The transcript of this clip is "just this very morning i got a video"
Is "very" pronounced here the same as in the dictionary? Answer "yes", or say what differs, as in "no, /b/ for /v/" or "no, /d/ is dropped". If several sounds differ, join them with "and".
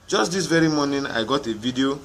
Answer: yes